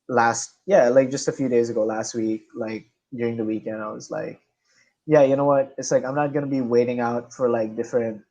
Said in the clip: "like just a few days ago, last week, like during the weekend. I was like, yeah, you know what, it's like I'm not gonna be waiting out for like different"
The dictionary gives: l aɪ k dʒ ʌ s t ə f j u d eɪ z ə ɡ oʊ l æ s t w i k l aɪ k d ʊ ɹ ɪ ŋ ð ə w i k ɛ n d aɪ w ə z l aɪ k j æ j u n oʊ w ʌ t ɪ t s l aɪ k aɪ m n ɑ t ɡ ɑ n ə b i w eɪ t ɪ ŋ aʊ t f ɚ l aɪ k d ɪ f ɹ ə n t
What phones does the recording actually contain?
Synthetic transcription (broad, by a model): l aɪ k dʒ ʌ s t ə f j u d eɪ z ə ɡ oʊ l æ s t w i k l aɪ k d ʊ ɹ ɪ ŋ ð ə w i k ɛ n d aɪ w ə z l aɪ k j æ j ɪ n oʊ w ʌ t ɪ t s l aɪ k aɪ m n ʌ t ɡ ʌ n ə b i w eɪ t ɪ ŋ aʊ t f ɚ l aɪ k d ɪ f ɹ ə n t